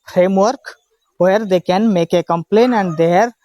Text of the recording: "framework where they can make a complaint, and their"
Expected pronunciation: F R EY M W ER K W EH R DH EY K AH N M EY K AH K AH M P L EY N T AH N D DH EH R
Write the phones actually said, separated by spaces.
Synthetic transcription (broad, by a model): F R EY M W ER K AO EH R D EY K AH N M EY K AH K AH M P L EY N AH N D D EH R